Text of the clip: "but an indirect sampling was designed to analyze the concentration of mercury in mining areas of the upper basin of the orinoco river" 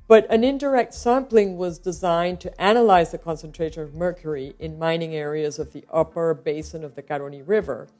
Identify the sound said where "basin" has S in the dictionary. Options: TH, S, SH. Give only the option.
S